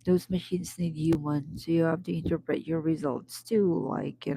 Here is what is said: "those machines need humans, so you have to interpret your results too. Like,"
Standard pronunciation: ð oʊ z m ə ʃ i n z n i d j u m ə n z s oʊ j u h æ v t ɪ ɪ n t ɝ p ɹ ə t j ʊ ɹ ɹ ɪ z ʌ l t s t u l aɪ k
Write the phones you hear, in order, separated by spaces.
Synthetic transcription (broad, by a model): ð oʊ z m ə ʃ i n z n i d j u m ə n s oʊ j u h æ f t ɪ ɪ n t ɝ p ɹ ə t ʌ ɹ ɹ ɪ z ʌ l t s t u l aɪ k